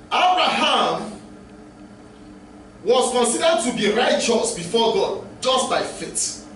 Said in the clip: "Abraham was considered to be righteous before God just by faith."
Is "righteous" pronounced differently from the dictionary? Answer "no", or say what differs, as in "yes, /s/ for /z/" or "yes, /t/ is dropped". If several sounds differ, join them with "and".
no